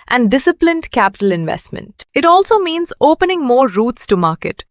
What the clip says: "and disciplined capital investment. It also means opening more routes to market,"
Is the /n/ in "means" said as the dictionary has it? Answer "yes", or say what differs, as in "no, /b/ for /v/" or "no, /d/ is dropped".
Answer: yes